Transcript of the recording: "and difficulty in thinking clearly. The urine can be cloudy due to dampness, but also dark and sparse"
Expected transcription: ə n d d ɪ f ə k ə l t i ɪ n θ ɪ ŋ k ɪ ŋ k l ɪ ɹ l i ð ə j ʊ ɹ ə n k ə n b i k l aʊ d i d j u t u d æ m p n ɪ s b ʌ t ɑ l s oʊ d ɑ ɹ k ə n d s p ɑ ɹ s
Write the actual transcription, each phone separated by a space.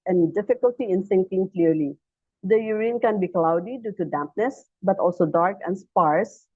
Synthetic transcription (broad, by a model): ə n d d ɪ f ə k ə l t i ɪ n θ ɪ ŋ k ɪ ŋ k l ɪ ɹ l i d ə j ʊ ɹ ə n k ə n b i k l aʊ d i d j u t u d æ m p n ɪ s b ʌ t ɑ l s oʊ d ɑ ɹ k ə n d s p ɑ ɹ s